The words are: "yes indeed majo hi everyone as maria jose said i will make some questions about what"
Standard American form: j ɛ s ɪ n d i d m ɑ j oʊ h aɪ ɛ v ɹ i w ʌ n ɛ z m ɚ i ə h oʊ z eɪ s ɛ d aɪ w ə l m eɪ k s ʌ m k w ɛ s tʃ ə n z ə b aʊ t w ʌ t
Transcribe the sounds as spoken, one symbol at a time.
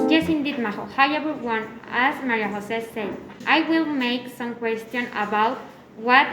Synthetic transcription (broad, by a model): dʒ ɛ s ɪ n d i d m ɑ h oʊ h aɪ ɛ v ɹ w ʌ n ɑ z m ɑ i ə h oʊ s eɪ s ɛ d aɪ w ə l m eɪ k s ʌ m k w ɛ s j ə n ə b aʊ t w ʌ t